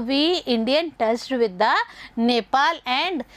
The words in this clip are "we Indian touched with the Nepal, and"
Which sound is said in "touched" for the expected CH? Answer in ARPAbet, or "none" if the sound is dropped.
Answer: S